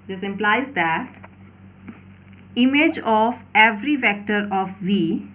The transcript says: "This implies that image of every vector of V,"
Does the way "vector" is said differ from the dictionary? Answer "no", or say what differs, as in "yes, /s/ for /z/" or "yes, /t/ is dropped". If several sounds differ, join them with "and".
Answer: no